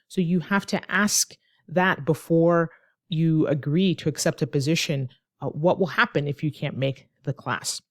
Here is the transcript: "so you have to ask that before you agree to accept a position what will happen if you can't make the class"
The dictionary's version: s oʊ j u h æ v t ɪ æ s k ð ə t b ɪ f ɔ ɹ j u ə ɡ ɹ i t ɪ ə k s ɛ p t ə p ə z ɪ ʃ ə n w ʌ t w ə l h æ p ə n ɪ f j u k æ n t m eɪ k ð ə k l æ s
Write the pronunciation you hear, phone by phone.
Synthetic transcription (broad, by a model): s oʊ j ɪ h æ f t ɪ æ s k ð ə t b ɪ f ɔ ɹ j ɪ ə ɡ ɹ i t ɪ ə k s ɛ p t ə p ə z ɪ ʃ ə n w ʌ t w ə l h æ p ə n ɪ f j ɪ k æ n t m eɪ k ð ə k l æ s